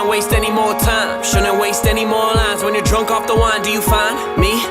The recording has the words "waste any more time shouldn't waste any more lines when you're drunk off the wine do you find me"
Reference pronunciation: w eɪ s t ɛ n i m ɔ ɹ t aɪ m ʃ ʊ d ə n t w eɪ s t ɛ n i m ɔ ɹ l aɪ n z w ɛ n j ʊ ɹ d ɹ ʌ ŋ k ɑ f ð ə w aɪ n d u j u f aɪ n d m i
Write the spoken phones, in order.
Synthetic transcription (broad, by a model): w eɪ s t ɛ n i m ɔ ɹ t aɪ ʃ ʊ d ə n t w eɪ s t ɛ n i m ɔ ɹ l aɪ z w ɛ n j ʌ d ɹ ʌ ŋ k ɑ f ð ə w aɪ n d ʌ j u f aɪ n m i